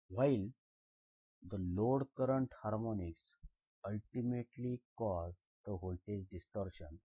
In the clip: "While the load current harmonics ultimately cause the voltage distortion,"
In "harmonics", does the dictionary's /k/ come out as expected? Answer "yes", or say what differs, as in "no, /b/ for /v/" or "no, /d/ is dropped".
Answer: yes